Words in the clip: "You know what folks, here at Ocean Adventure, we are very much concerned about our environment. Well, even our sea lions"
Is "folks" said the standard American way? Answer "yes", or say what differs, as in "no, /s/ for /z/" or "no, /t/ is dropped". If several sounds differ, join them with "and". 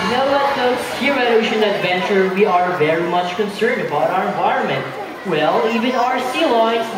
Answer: no, /k/ is dropped